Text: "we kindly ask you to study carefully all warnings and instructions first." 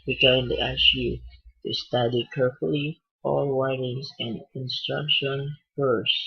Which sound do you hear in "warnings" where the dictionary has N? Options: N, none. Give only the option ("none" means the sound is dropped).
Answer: none